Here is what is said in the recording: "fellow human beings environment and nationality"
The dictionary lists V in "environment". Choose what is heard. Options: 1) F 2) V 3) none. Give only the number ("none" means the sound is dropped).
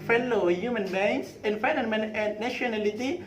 1